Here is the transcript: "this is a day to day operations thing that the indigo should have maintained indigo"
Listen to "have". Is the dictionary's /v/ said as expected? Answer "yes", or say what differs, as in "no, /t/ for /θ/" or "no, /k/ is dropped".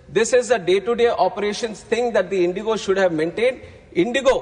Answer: yes